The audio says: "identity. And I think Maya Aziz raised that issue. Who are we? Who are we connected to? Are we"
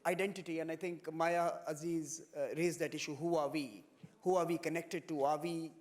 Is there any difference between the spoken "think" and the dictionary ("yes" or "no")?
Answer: yes